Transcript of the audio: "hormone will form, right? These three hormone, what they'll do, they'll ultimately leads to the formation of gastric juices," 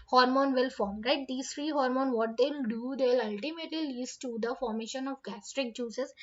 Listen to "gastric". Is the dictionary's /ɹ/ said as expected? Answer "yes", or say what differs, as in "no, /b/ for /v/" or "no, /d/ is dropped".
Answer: yes